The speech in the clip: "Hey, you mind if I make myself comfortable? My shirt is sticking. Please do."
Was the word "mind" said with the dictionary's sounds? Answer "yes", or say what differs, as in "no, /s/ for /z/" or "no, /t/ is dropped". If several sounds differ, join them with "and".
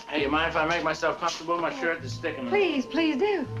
no, /d/ is dropped